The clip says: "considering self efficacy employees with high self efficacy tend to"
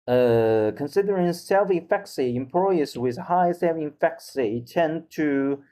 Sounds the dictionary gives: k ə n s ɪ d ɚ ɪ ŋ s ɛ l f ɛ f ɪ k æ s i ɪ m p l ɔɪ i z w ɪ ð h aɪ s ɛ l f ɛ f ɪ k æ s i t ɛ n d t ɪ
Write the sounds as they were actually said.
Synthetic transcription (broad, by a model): k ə n s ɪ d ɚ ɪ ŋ s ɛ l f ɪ f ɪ k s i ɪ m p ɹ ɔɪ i s w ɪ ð h aɪ s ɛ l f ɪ f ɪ k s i t ɛ n t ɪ